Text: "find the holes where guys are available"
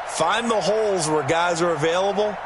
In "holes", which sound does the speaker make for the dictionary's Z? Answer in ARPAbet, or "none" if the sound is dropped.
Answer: Z